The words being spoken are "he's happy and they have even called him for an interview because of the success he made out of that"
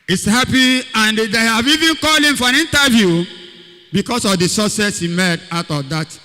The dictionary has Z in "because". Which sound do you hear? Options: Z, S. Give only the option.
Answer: S